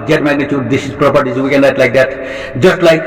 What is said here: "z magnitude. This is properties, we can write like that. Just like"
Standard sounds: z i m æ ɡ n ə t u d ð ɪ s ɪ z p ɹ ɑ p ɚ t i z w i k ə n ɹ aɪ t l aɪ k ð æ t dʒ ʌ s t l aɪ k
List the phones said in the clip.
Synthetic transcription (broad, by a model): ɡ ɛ m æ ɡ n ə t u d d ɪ s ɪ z p ɹ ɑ p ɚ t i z w i k ə n l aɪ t l aɪ k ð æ t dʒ ʌ s t l aɪ k